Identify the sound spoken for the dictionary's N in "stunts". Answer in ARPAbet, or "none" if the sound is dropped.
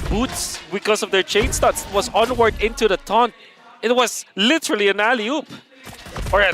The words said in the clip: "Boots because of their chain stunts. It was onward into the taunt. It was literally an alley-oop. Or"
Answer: none